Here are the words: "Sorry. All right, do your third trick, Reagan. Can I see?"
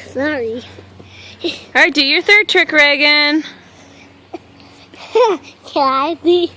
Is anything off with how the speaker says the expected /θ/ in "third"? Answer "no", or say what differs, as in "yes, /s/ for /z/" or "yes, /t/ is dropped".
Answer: no